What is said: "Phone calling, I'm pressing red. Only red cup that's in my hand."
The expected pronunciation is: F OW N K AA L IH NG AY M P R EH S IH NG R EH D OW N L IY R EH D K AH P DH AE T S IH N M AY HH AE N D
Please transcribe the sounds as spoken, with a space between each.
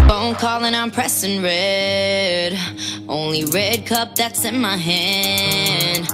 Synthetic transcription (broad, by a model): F OW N K AA L IH NG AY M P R EH S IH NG R EH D OW N L IY R EH D K AH P DH AE T S IH N M AY HH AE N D